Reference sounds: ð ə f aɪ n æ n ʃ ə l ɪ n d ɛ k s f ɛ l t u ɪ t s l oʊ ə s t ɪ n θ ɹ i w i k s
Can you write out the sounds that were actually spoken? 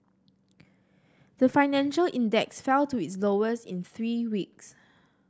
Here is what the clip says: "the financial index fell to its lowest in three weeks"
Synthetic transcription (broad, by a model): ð ə f aɪ n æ n ʃ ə l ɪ n d ɛ k s f ɛ l t u ɪ t s l oʊ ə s ɪ n θ ɹ i w i k s